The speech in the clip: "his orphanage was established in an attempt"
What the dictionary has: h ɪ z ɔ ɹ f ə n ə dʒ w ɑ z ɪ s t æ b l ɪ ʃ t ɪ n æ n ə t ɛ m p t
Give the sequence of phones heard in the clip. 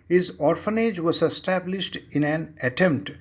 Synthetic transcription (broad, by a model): h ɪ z ɔ ɹ f ə n ə dʒ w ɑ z ɪ s t æ b l ɪ ʃ t ɪ n æ n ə t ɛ m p t